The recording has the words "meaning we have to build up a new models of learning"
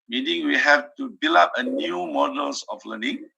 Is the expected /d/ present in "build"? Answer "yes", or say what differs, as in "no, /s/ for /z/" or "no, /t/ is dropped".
no, /d/ is dropped